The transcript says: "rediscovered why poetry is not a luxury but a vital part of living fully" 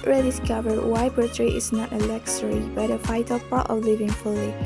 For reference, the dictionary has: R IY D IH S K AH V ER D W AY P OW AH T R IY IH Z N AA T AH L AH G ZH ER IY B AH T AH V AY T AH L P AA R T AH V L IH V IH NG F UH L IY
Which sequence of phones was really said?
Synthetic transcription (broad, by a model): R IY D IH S K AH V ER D W AY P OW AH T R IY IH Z N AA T AH L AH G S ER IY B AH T AH F AY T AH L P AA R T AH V L IH V IH NG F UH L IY